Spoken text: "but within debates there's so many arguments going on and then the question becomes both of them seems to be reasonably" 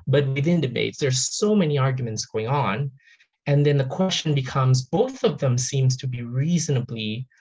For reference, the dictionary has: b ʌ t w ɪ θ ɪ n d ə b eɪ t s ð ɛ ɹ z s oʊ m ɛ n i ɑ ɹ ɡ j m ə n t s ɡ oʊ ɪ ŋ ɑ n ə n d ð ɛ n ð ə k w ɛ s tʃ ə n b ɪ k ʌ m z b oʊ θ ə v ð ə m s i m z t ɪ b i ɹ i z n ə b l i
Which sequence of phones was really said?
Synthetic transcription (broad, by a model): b ʌ t w ɪ θ ɪ n d ə b eɪ t s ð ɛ ɹ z s oʊ m ɛ n i ɑ ɹ ɡ j m ə n t s ɡ oʊ ɪ ŋ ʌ n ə n ð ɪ n ð ə k w ɛ s tʃ ə n b ɪ k ʌ m z b oʊ θ ə v ð ə m s i m z t ɪ b i ɹ i z n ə b l i